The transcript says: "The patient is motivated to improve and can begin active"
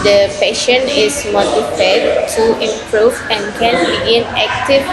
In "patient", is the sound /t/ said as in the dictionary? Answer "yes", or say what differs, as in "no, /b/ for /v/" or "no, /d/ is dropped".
no, /t/ is dropped